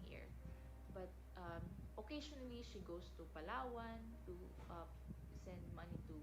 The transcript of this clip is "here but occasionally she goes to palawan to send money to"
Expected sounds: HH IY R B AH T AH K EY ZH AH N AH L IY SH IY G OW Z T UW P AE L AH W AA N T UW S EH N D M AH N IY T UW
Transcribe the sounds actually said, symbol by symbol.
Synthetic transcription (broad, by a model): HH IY R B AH T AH K EY SH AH N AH L IY SH IY G OW S T UW P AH L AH W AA N T UW S EH N D M AH N IY T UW